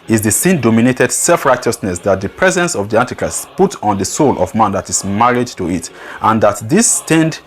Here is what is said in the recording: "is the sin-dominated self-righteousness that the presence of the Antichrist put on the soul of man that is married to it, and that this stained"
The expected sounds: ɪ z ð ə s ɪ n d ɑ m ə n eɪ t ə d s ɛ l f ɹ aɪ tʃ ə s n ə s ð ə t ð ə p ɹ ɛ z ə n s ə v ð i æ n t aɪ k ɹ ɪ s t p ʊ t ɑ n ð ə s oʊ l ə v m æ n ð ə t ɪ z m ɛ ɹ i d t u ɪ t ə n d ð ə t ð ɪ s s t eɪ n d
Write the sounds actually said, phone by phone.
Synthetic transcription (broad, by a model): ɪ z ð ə s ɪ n d ɑ m ə n eɪ t ə d s ɛ l f ɹ aɪ tʃ ə s n ə s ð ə t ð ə p ɹ ɛ z ə n s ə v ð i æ n t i k ɹ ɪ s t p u t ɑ n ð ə s oʊ l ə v m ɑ n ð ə t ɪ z m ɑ ɹ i d t u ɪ t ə n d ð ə t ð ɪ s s t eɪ n d